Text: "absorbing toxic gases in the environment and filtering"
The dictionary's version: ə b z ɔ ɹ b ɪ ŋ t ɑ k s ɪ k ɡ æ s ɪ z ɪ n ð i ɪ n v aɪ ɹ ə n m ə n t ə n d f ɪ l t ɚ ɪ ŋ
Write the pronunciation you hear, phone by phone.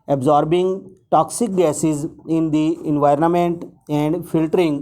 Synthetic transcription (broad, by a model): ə b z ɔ ɹ b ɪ ŋ t ɑ k s ɪ k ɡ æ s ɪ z ɪ n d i ɪ n v aɪ ɹ ə n m ə n t ə n d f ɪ l t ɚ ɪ ŋ